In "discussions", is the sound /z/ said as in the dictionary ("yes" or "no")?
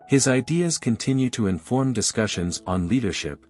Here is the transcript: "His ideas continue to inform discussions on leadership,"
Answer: yes